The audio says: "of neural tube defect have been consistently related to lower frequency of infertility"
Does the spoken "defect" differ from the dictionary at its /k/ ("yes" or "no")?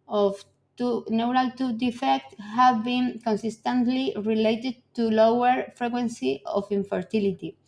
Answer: no